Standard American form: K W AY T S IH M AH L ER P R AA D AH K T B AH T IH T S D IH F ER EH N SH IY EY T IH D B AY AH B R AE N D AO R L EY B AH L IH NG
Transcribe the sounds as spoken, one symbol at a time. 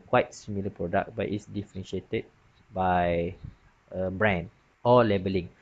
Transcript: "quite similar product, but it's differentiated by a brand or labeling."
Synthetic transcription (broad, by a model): K W AY T S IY M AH L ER P R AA D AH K B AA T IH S D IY F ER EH N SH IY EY T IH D B AY AH B R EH N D AO L L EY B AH L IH NG